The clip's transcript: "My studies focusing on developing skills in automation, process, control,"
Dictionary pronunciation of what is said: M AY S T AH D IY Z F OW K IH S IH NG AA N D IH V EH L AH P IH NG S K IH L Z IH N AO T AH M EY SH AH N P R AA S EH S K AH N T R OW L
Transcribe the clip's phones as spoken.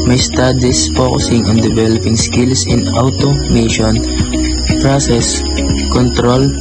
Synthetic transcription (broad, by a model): M AY S T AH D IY S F OW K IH S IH NG AA N D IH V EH L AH P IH NG S K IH L S IH N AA T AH M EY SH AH N P R AA S EH S K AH N T R OW L